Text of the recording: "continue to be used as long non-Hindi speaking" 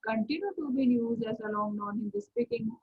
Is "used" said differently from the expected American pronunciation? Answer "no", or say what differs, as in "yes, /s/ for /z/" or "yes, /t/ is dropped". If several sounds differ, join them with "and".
yes, /d/ is dropped